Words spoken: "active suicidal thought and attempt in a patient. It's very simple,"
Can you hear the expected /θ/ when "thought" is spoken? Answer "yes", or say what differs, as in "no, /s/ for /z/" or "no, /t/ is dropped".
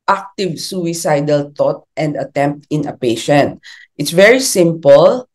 no, /t/ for /θ/